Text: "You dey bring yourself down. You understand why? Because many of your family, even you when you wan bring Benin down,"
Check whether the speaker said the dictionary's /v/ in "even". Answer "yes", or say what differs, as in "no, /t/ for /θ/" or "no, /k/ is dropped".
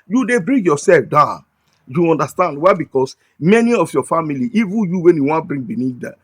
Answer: yes